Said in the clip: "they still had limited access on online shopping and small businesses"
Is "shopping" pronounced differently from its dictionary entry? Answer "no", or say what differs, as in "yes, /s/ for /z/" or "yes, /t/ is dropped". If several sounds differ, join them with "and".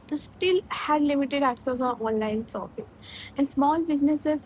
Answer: yes, /s/ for /ʃ/